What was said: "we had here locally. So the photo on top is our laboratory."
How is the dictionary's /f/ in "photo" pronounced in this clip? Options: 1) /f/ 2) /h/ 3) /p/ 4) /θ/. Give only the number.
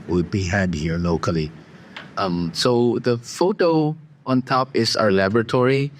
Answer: 1